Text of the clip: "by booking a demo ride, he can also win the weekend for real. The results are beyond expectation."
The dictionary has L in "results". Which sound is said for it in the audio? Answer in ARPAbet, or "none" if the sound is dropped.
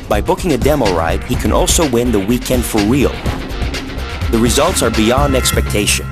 L